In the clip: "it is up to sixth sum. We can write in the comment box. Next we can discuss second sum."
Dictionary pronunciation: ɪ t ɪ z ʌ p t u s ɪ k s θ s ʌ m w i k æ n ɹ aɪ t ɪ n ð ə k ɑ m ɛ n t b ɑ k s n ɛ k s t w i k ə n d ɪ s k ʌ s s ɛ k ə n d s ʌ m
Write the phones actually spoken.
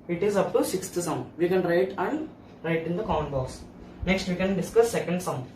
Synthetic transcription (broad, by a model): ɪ t ɪ z ʌ p t u s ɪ k s t s ʌ m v i k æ n ɹ aɪ t ɪ n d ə k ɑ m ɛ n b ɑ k s n ɛ k s t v i k ə n d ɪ s k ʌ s s ɛ k ə n d s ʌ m